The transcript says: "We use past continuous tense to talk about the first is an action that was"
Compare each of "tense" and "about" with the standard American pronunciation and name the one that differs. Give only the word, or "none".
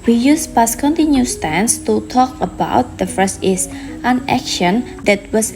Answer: none